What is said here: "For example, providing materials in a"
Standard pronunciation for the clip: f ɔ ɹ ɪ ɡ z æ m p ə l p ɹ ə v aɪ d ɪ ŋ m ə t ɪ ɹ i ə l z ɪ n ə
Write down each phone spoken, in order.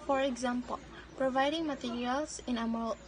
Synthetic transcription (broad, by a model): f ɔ ɹ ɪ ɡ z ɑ m p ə l p ɹ ə v aɪ d ɪ ŋ m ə t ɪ ɹ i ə l s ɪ n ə